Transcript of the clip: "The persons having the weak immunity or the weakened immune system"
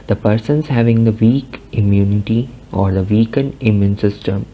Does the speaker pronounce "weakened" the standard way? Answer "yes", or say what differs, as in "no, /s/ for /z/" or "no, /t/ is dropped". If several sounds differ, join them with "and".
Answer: no, /d/ is dropped